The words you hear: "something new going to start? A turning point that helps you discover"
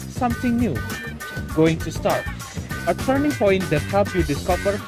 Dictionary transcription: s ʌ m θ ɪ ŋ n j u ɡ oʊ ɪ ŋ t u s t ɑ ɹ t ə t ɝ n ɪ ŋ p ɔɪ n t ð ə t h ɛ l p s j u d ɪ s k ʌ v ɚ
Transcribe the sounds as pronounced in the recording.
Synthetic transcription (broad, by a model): s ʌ m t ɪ ŋ n j u ɡ oʊ ɪ ŋ t u s t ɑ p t ə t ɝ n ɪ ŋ p ɔɪ n t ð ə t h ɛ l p j u d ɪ s k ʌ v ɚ